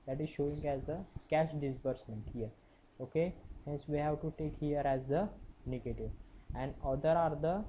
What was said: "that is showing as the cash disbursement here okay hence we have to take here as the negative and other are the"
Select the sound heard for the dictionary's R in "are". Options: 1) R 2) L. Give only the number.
1